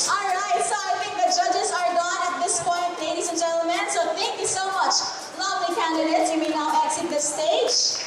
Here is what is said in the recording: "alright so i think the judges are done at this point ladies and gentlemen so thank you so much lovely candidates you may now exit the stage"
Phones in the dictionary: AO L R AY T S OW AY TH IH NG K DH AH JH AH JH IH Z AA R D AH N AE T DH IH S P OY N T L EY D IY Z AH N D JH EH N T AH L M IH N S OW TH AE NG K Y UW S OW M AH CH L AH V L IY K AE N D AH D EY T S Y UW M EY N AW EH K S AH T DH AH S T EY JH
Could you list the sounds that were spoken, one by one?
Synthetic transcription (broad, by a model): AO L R AY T S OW AY T IH NG K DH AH JH AH JH IH Z AA R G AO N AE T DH IH S P OY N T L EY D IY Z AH N JH EH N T L M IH N S OW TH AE NG K Y UW S OW M AH CH L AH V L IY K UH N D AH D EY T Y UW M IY N AW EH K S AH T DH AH S T EY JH